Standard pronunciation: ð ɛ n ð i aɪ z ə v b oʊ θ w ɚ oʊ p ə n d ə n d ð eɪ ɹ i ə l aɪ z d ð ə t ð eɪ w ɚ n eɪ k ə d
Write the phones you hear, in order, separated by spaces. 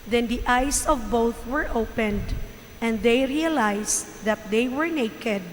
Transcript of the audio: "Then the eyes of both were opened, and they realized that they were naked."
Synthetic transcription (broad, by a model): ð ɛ n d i aɪ s ə v b oʊ θ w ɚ oʊ p ə n d ə n d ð eɪ ɹ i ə l aɪ s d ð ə t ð eɪ w ɚ n eɪ k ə d